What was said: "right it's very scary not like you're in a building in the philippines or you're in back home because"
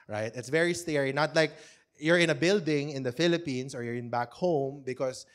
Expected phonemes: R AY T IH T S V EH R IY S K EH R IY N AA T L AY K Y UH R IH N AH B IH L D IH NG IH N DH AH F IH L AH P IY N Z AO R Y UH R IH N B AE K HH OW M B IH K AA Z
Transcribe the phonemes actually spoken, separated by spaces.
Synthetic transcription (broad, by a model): R AY T IH T S V EH R IY S K EH R IY N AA T L AY K Y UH R IH N AH B IH L D IH NG IH N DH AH F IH L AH P IY N S AO R Y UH R IH N B AE K HH OW M B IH K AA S